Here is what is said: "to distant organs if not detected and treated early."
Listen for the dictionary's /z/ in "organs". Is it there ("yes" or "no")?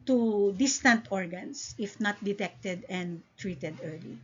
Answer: no